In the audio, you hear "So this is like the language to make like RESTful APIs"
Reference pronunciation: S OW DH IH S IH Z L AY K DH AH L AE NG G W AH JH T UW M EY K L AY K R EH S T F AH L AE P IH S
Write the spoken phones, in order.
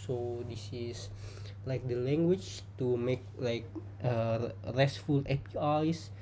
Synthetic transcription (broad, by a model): S OW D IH S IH S L AY K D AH L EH NG G W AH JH T UW M EY K L AY K R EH S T F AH L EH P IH S